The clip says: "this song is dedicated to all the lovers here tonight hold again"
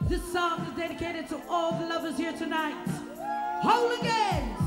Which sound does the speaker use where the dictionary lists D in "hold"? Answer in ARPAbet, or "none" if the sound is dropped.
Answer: none